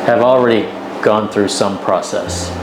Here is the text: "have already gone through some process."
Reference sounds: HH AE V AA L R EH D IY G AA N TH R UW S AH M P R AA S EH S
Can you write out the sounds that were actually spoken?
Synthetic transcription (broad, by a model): HH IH V L R EH D IY G AA N TH R UW S AH M P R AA S EH S